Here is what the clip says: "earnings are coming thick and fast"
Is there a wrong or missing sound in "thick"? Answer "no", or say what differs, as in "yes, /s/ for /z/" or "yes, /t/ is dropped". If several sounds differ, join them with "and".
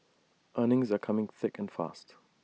no